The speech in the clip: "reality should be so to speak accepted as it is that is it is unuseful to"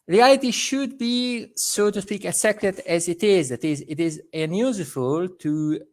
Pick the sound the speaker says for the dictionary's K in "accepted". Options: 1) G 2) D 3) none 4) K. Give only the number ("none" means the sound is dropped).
3